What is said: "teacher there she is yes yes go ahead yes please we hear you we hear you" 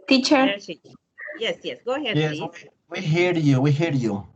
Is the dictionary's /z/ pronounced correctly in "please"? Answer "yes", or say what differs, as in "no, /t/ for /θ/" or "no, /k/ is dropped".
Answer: no, /z/ is dropped